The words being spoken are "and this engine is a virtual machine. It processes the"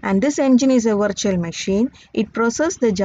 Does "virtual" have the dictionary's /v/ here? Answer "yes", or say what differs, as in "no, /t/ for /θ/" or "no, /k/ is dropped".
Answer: yes